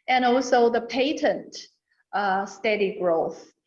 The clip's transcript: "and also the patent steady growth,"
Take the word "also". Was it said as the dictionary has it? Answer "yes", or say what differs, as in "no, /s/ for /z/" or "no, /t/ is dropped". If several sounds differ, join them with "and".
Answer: yes